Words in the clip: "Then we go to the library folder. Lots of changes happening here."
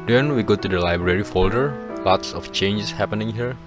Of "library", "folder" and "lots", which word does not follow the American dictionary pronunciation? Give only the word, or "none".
none